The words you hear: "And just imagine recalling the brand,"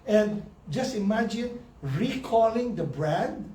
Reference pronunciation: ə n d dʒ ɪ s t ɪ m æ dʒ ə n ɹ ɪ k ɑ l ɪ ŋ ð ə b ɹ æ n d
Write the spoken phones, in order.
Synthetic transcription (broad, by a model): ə n dʒ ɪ s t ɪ m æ dʒ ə n ɹ ɪ k ɑ l ɪ ŋ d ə b ɹ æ n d